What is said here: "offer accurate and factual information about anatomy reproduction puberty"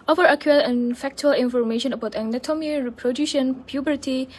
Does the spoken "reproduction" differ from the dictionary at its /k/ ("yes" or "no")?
yes